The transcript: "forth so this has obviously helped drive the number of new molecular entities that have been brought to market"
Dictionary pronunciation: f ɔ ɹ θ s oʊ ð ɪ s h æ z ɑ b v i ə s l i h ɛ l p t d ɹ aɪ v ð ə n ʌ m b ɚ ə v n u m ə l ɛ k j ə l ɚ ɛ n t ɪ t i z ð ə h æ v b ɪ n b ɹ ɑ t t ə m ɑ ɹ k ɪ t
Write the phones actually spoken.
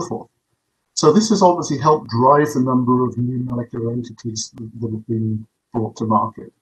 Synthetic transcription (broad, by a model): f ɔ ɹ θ s oʊ ð ɪ s h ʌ z ɑ b v i ə s l i h ɛ l p d ɹ aɪ v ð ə n ʌ m b ɚ ə v n u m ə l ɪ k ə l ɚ ɛ n t ɪ t i z ð ə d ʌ v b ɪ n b ɹ ɑ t t ə m ɑ ɹ k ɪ t